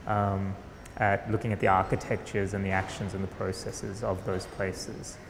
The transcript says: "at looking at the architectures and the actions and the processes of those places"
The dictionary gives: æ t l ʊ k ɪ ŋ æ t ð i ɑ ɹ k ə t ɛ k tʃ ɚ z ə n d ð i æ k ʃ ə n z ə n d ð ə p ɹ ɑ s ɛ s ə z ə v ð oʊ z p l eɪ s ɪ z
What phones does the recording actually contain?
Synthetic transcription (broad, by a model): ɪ t l ʊ k ɪ ŋ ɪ t ð i ɑ ɹ k ə t ɛ k tʃ ɚ z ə n ð i æ k ʃ ə n z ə n ð ə p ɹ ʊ s ɛ s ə z ə v ð oʊ z p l eɪ s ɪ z